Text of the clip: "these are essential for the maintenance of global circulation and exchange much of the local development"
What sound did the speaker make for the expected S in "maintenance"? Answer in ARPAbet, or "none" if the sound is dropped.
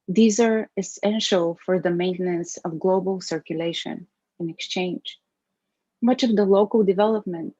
S